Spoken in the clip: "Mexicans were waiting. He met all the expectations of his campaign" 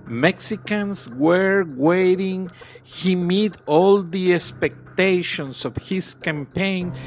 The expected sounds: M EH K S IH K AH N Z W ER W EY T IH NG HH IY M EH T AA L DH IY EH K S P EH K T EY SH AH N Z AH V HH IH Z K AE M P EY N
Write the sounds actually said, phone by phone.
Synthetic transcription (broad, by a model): M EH K S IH K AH N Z W ER W EY T IH NG HH IY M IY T AA L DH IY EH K S P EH K T EY SH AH N S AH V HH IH S K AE M P EY N